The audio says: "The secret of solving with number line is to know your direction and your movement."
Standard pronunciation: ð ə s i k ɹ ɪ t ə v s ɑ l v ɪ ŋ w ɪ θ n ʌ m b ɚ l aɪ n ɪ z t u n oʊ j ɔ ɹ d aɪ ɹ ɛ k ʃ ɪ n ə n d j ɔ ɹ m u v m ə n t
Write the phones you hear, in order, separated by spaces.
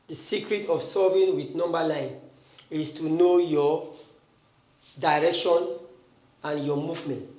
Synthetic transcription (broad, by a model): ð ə s i k ɹ ɪ t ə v s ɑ v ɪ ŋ w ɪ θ n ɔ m b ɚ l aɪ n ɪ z t u n oʊ j ɔ d aɪ ɹ ɛ k ʃ ɪ n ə n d j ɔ m u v m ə n t